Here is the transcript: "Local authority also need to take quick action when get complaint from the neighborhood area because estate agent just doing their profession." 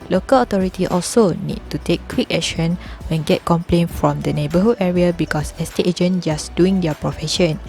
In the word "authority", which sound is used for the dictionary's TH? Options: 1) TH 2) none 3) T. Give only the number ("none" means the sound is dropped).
3